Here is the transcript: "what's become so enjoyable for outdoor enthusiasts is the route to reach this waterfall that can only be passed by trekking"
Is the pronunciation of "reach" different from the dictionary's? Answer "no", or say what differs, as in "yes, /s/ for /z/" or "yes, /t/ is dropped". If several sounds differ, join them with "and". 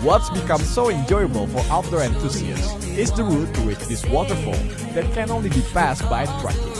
yes, /w/ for /ɹ/